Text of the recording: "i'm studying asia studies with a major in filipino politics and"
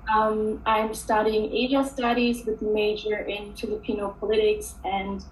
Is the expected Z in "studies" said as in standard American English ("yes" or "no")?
yes